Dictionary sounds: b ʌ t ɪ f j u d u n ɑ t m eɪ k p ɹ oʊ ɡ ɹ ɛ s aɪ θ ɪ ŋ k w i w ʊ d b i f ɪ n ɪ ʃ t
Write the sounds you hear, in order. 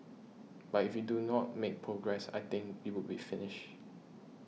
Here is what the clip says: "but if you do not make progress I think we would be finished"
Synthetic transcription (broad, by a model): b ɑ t ɪ f j u d u n ɑ t m eɪ k p ɹ oʊ ɡ ɹ ɛ s aɪ t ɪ ŋ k w i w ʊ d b i f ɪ n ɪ ʃ